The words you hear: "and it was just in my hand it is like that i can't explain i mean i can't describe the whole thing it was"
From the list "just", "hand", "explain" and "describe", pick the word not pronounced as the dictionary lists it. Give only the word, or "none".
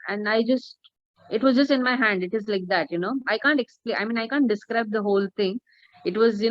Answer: explain